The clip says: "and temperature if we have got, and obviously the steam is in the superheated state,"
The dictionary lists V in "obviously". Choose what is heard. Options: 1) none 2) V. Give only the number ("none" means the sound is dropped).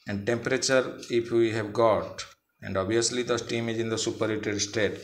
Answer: 1